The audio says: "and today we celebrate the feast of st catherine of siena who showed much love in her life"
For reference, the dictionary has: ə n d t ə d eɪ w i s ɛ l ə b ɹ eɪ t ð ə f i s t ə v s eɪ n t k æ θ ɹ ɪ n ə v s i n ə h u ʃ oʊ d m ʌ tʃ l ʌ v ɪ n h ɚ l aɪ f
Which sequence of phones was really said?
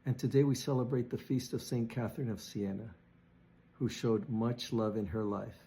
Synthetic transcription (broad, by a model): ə n t ə d eɪ w i s ɛ l ə b ɹ eɪ t ð ə f i s t ə v s eɪ n k æ θ ɹ ɪ n ə v s i n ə h u ʃ oʊ d m ʌ tʃ l ʌ v ɪ n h ɚ l aɪ f